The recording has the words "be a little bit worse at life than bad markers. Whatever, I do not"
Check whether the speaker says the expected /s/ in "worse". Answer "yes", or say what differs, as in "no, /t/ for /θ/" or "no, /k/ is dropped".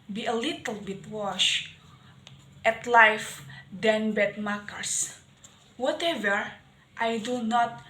no, /ʃ/ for /s/